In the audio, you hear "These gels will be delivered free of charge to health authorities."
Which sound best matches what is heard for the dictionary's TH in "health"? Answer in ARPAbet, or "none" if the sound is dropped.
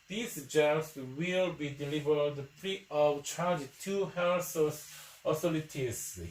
S